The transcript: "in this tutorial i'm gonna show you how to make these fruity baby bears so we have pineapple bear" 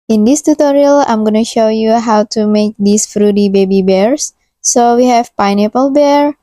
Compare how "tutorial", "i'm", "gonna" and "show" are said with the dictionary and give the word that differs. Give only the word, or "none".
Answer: none